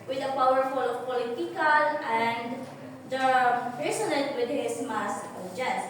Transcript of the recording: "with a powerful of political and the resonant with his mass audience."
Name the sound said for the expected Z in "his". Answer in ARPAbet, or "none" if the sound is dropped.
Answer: S